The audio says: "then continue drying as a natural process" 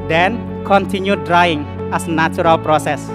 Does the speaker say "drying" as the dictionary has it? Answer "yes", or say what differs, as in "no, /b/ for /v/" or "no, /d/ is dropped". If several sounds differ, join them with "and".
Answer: yes